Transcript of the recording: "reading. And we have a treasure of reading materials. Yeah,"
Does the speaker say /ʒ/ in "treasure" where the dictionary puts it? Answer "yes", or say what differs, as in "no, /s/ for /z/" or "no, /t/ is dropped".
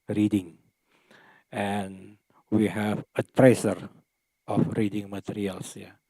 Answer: no, /s/ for /ʒ/